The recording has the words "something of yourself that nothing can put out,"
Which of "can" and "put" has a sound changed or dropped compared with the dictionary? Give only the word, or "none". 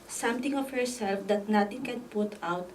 none